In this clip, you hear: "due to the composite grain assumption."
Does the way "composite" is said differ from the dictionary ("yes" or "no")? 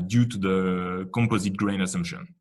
no